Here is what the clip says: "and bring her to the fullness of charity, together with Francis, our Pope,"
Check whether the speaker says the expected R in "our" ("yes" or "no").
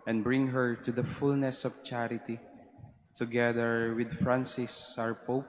yes